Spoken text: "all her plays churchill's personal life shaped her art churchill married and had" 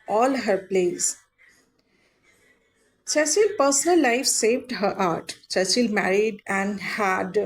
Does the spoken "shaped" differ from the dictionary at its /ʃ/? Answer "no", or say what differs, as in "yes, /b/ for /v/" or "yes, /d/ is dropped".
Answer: yes, /s/ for /ʃ/